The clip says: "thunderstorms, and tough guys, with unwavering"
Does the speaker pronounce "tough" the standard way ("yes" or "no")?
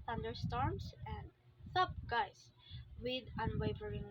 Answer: no